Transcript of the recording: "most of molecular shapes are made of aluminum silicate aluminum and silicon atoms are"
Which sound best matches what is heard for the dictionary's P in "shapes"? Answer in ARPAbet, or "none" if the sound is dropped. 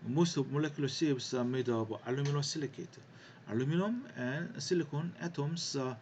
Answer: B